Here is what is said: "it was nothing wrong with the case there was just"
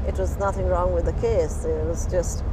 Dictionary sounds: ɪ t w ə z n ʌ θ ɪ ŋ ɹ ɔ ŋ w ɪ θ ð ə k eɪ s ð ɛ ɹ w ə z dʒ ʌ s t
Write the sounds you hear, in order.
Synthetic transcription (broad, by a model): ɪ t w ə z n ʌ θ ɪ ŋ ɹ ɔ ŋ w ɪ ð ə k eɪ s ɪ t w ə z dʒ ʌ s t